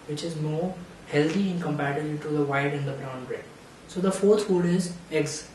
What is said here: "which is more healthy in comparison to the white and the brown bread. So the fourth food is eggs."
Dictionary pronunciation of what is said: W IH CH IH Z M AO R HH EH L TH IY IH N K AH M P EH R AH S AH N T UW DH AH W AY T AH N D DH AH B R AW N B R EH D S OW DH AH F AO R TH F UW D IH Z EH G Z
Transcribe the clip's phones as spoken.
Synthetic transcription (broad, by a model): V IH CH IH Z M AO R HH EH L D IY IH N K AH M P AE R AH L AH T UW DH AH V AY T AH N D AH B R AW N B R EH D S OW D AH F AO R T F UW D IH Z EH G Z